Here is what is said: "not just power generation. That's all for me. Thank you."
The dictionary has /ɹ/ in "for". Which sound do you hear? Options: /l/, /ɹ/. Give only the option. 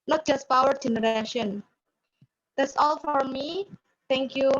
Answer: /ɹ/